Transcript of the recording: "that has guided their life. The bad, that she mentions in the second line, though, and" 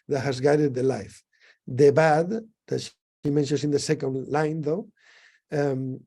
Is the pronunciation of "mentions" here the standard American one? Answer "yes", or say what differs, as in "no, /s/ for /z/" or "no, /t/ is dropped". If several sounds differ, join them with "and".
no, /s/ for /z/